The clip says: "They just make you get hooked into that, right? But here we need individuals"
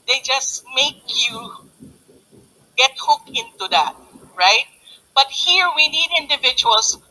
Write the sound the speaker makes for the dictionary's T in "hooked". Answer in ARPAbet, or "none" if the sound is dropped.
none